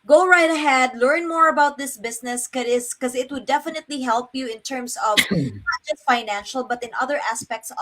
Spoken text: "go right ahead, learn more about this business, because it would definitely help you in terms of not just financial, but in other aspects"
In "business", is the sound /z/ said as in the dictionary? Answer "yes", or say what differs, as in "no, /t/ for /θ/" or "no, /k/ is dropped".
no, /s/ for /z/